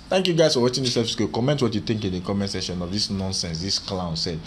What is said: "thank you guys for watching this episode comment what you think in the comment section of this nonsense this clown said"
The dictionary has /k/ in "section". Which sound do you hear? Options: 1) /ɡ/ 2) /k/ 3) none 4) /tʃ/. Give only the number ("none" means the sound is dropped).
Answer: 3